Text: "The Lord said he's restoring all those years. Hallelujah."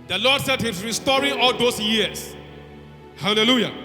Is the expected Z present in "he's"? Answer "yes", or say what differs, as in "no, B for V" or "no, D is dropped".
no, S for Z